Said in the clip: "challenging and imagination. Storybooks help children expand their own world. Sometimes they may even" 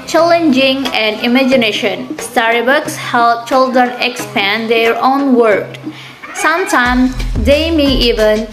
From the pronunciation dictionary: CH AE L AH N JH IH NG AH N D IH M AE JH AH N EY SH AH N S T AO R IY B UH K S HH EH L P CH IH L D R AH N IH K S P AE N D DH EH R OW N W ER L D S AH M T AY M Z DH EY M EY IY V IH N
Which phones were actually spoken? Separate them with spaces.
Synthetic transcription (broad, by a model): CH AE L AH N JH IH NG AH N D IH M AE JH AH N EY SH AH N S T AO R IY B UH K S HH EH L CH IH L D R AH N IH K S P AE N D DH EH R OW N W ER D S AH M T AY M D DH EY M EY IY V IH N